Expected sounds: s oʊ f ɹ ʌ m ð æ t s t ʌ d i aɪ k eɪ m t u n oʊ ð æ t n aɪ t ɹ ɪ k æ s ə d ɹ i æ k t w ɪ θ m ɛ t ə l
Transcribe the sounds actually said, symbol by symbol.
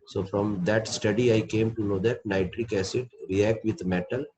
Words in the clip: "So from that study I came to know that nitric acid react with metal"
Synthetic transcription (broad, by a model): s oʊ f ɹ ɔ m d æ t s t ʌ d i aɪ k eɪ m t u n oʊ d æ t n aɪ t ɹ ɪ k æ s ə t ɹ i æ k t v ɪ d m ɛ t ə l